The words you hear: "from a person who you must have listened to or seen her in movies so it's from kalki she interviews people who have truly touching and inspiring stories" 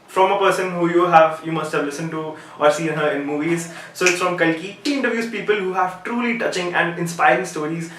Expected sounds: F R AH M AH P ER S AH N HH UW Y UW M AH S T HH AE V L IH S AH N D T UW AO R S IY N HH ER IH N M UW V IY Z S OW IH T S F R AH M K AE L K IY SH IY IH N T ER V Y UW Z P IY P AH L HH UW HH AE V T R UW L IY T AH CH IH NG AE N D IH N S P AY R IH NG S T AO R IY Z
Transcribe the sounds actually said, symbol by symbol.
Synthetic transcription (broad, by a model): F R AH M AH P ER S AH N HH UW Y UW M AH S T HH AE V L IH S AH N T UW AO R S IY N HH ER IH N M UW V IY Z S OW IH T S F R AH M K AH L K IY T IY IH N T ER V Y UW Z P IY P AH L HH UW HH AE V T R UW L IY T AH CH IH NG AE N D IH N S P AY R IH NG S T AO R IY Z